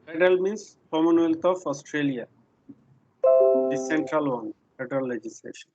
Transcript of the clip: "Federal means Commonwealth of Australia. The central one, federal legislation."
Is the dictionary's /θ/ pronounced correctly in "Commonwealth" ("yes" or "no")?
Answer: no